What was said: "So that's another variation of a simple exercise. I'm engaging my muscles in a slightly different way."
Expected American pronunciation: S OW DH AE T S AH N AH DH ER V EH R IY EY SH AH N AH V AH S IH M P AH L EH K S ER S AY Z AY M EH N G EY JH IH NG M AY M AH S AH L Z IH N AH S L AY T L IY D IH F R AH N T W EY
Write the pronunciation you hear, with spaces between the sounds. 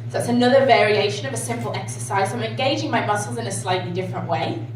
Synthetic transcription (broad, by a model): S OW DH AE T S AH N AH DH ER V EH R IY EY SH AH N AH V AH S IH M P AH L EH K S ER S AY Z AY M EH N G EY JH IH NG M AY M AH S L Z IH N AH S L AY T L IY D IH F R AH N T W EY